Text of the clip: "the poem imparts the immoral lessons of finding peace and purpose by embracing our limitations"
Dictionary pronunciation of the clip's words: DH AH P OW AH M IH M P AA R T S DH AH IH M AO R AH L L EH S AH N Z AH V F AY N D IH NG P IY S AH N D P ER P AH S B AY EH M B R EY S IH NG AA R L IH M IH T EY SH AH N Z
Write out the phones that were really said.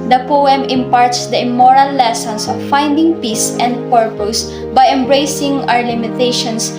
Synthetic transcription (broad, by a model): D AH P OW AH M IH M P AA R T S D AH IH M AO R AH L L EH S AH N S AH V F AY N D IH NG P IY S AH N D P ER P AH S B AY EH M B R EY S IH NG AA R L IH M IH T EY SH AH N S